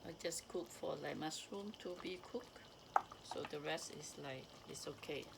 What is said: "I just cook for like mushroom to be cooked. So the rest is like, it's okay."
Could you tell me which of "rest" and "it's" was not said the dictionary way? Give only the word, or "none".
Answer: none